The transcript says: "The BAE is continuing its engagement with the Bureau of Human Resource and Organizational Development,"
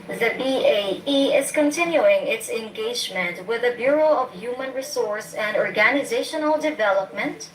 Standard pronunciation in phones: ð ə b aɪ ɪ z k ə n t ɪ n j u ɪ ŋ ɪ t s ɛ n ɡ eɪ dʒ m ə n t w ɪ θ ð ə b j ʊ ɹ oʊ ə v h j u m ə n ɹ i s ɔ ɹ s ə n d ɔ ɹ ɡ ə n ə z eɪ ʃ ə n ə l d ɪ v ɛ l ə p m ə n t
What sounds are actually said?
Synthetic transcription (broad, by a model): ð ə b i ɪ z k ə n t ɪ n j u ɪ ŋ ɪ t s ɛ n ɡ eɪ dʒ m ə n t w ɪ ð ə b j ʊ ɹ oʊ ə v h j u m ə n ɹ i s ɔ ɹ s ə n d ɔ ɹ ɡ ə n ə z eɪ ʃ ə n ə l d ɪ v ɛ l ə p m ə n t